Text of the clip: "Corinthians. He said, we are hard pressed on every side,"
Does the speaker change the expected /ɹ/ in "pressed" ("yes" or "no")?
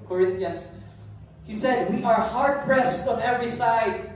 no